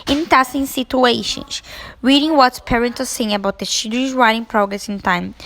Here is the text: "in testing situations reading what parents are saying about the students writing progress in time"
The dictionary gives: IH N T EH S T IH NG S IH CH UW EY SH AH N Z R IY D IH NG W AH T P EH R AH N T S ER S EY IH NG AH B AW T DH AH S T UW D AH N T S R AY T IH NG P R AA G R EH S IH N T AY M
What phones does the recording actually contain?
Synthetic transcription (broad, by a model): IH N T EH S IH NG S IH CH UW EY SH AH N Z R IY D IH NG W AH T P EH R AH N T ER S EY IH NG AH B AW T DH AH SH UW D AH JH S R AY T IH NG P R AA G R EH S IH N T AY M